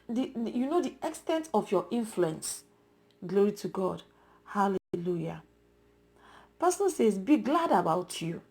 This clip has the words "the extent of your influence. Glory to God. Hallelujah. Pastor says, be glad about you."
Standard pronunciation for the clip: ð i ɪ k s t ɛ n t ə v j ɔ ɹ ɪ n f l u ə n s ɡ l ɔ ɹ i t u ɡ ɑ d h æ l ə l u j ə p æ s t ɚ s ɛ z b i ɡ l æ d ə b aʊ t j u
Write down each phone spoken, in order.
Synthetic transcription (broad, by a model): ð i ɪ k s t ɛ n t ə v j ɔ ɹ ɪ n f l u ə n s ɡ l ɔ ɹ i t u ɡ ɑ d h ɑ l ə l u j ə p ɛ s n s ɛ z b i ɡ l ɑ d ə b aʊ t j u